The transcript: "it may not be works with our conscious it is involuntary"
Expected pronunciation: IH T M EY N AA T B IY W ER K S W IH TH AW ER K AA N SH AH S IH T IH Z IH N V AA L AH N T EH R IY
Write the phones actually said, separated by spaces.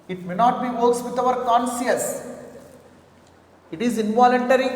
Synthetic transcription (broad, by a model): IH T M EY N AA T B IY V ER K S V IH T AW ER K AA N S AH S IH T IH Z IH N V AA L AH N T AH R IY